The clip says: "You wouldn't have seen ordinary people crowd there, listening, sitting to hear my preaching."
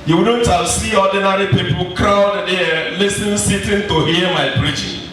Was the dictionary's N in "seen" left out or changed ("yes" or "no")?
yes